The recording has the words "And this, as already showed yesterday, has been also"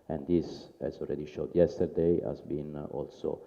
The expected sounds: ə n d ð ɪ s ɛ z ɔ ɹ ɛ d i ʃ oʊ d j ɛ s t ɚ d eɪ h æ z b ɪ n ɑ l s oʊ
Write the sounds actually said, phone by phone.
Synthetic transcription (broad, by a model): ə n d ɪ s ɛ z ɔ l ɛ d i ʃ oʊ d j ɛ s t ɚ d eɪ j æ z b ɪ n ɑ l s oʊ